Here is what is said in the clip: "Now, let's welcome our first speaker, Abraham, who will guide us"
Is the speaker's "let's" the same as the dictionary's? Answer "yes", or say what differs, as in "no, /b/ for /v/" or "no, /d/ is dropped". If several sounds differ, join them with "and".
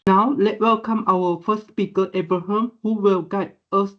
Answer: no, /s/ is dropped